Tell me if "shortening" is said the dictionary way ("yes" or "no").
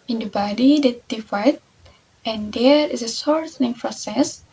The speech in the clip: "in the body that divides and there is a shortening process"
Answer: no